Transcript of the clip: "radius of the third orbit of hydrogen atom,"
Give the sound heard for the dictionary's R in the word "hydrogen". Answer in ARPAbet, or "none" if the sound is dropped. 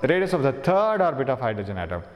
none